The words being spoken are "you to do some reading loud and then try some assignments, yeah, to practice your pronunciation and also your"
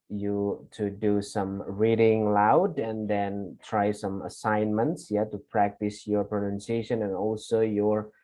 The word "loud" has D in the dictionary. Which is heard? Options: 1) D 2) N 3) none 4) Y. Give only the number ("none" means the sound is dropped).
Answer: 1